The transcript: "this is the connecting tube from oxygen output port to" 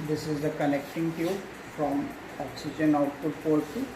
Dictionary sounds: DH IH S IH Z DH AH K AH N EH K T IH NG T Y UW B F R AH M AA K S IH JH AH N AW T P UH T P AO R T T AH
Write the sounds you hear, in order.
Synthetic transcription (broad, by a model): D IH S IH Z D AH K AH N EH K T IH NG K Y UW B F R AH M AA K S IH JH AH N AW T UH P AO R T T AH